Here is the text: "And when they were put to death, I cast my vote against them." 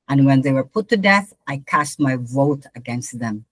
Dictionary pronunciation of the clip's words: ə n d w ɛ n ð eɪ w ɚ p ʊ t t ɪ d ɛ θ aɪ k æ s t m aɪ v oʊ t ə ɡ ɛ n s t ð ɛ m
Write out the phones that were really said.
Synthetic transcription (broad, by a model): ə n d w ɛ n ð eɪ w ɚ p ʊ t t ɪ d ɛ θ aɪ k æ s t m aɪ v oʊ t ə ɡ ɛ n s t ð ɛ m